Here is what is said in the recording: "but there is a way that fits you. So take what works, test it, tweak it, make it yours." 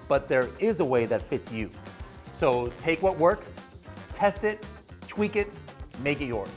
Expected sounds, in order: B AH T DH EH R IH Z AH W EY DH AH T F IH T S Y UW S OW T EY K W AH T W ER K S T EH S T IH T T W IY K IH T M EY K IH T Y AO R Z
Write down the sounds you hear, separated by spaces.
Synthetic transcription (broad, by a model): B AH T DH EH R IH Z AH W EY DH AH T F IH T S Y UW S OW T EY K W AH T W ER K S T EH S T IH T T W IY K IH T M EY K IH T Y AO R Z